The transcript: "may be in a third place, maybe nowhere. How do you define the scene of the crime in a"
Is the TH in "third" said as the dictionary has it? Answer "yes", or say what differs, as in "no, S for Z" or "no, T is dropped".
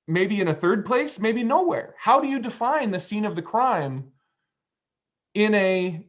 yes